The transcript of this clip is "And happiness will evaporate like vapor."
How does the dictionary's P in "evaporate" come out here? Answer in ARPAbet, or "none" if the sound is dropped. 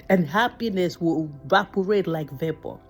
P